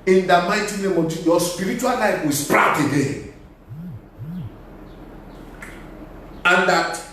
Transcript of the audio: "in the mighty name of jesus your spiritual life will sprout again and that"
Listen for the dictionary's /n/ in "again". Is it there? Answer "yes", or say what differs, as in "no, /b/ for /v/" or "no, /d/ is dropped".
no, /n/ is dropped